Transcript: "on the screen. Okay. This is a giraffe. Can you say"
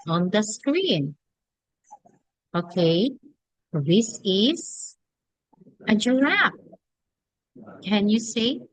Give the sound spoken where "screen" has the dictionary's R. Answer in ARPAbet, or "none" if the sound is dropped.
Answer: R